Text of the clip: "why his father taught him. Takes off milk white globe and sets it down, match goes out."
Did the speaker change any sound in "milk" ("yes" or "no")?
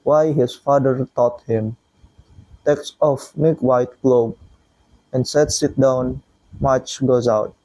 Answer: yes